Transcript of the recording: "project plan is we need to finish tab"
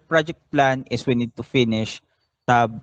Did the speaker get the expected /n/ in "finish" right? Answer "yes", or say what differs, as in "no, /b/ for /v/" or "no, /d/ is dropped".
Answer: yes